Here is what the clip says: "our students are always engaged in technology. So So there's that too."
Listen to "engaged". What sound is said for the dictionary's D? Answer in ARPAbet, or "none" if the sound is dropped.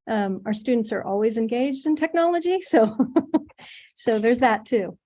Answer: D